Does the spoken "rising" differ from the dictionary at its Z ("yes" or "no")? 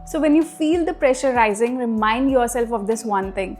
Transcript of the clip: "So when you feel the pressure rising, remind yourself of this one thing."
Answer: no